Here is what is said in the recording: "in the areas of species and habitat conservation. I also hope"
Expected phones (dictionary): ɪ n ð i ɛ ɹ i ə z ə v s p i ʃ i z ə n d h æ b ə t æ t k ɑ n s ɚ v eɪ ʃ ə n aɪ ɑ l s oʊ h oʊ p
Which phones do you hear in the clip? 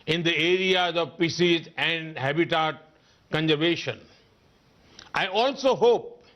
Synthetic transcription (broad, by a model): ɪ n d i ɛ ɹ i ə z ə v p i s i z ə n d h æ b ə t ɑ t k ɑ n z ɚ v eɪ ʃ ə n aɪ ɑ l s oʊ h oʊ p